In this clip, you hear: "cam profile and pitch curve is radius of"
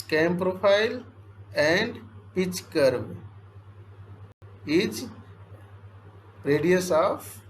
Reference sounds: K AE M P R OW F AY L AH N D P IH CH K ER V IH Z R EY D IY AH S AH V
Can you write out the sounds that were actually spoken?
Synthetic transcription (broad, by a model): K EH M P R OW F AY L AH N D P IH CH K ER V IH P R EY D IY AH S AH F